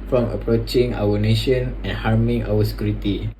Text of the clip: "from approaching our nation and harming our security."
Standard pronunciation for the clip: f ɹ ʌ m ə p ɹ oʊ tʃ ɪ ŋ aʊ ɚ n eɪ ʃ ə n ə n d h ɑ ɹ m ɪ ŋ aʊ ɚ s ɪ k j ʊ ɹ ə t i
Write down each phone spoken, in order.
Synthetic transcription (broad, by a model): f ɹ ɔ m ə p ɹ oʊ tʃ ɪ ŋ aʊ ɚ n eɪ ʃ ə n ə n h ɑ ɹ m ɪ ŋ aʊ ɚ s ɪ k j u ɹ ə t i